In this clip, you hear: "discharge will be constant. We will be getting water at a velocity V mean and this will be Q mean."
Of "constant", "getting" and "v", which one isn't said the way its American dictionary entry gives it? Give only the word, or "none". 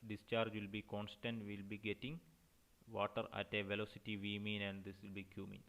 none